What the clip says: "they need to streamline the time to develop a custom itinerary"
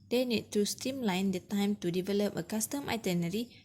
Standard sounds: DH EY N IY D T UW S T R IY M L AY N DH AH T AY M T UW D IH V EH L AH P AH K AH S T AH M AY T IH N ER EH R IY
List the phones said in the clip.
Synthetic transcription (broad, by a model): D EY N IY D T UW S T IY M L AY N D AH T AY M T UW D IH V EH L AH P AH K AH S T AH M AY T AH N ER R IY